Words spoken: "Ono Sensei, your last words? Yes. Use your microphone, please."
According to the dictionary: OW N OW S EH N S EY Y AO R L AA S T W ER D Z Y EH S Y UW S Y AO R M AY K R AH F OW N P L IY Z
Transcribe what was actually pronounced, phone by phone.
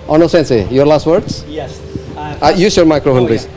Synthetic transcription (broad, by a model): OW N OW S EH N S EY Y AO R L AA S T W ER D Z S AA Y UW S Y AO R M AY K R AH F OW N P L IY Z